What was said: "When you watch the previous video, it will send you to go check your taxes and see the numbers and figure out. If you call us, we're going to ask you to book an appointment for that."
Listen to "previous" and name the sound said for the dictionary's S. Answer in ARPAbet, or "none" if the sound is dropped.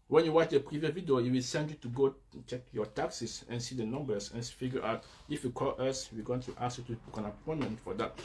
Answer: none